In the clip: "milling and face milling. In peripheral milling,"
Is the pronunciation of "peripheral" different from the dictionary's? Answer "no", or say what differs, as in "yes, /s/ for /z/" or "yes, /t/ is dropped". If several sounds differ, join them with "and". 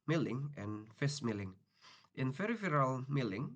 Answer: yes, /f/ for /p/